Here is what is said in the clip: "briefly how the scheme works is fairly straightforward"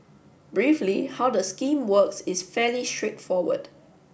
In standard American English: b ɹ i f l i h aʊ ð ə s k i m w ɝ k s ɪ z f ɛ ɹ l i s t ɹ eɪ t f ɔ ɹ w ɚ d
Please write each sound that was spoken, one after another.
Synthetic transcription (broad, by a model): b ɹ i f l i h aʊ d ə s k i m w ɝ k s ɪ s f ɛ l i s t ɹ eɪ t f ɔ w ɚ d